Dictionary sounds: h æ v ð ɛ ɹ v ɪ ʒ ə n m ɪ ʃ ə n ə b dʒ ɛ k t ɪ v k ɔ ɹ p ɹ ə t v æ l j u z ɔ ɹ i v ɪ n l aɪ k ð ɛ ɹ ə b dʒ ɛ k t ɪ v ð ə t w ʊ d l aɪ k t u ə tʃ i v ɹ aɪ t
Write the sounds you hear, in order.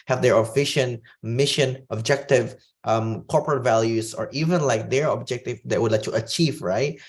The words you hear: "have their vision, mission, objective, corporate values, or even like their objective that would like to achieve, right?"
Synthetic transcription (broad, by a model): h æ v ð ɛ ɹ f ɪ ʃ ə n m ɪ ʃ ə n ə b dʒ ɛ k t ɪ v k ɔ ɹ p ɹ ə t v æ l j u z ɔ ɹ i v ɪ n l aɪ k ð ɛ ɹ ə b dʒ ɛ k t ɪ v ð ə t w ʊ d l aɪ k t u ə tʃ i v ɹ aɪ t